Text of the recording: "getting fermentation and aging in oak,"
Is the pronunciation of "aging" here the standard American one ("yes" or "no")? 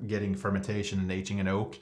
no